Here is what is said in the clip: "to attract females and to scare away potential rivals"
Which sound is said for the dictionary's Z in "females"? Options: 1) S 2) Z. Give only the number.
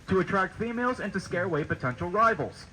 2